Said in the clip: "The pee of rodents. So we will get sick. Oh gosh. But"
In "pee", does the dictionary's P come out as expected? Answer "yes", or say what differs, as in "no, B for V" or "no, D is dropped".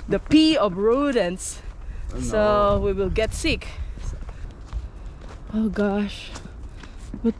yes